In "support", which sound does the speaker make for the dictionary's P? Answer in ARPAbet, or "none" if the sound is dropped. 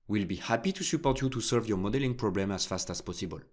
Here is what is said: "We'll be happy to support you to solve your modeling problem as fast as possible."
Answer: P